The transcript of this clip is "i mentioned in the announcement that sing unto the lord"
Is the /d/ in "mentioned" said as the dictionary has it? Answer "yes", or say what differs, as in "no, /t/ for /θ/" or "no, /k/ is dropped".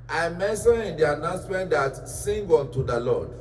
no, /d/ is dropped